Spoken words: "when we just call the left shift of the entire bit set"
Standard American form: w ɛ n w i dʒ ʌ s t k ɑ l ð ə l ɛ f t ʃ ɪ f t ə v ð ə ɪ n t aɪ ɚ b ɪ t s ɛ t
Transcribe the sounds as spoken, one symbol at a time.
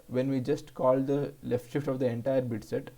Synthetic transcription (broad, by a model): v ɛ n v i dʒ ʌ s t k ɑ l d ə l ɛ f t ʃ ɪ f t ə v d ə ɪ n t aɪ ɚ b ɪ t s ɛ t